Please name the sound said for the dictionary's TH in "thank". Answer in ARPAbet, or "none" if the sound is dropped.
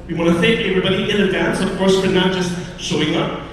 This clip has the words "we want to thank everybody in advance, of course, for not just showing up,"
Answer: TH